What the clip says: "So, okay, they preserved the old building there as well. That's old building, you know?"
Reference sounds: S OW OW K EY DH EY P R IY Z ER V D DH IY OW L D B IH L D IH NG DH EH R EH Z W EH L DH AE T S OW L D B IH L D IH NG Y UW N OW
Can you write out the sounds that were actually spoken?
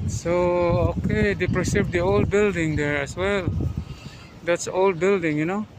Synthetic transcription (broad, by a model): S OW OW K EY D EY P R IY S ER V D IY OW L D B IH L D IH NG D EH R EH S W EH L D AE T S OW L D B IH L D IH NG Y UW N OW